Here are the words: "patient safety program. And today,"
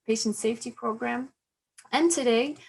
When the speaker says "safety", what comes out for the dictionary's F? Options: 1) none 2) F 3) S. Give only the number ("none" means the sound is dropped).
2